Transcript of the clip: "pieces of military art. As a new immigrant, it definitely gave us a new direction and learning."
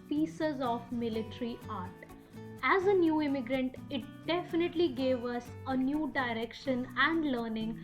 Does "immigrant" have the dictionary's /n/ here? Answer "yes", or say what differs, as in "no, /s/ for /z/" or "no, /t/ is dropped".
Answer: yes